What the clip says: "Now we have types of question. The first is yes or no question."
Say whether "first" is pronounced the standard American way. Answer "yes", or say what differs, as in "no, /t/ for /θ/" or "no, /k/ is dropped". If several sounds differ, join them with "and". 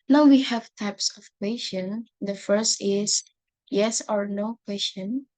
yes